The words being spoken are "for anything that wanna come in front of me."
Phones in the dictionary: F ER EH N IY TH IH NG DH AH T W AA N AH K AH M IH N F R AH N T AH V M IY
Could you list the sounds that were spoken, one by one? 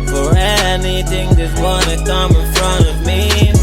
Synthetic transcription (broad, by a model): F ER EH N IY TH IH NG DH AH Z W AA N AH K AH M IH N F R AH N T AH V M IY